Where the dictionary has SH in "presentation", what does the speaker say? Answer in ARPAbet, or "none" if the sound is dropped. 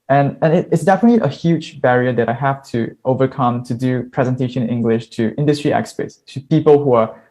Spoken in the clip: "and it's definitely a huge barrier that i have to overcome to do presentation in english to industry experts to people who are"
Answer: none